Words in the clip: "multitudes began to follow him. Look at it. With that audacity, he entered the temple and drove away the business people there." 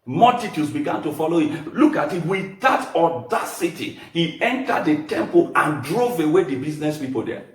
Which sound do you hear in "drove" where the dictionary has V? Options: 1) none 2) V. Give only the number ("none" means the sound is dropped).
2